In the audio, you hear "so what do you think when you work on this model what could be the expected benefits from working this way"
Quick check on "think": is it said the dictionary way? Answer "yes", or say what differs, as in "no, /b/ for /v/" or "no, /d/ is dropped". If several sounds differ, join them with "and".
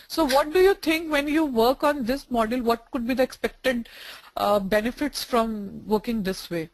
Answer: no, /t/ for /θ/